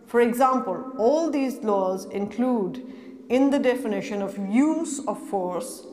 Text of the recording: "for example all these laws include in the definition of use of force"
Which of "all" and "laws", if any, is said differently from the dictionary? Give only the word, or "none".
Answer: none